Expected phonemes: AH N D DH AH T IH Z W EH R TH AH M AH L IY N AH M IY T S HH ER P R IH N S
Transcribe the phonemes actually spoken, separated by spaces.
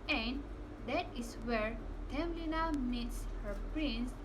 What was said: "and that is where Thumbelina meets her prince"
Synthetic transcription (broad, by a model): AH N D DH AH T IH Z W EH R T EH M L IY N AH M IY T S HH ER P R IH N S